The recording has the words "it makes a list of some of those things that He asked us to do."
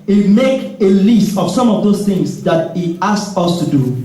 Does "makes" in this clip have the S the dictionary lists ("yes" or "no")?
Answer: no